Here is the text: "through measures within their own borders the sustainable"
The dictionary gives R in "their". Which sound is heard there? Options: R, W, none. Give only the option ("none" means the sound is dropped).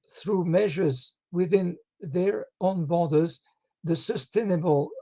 R